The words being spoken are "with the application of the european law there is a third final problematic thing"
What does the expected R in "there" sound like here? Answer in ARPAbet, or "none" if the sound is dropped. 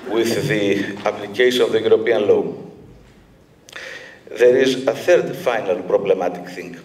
R